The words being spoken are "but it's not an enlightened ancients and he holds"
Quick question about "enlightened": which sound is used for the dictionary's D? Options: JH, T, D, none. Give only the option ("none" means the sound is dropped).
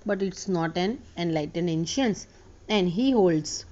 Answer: D